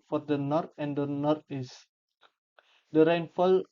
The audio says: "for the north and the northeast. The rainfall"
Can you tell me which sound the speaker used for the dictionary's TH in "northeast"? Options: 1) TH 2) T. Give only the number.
2